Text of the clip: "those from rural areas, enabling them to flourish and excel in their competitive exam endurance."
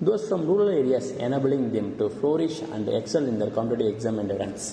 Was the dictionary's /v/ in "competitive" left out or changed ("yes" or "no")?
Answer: yes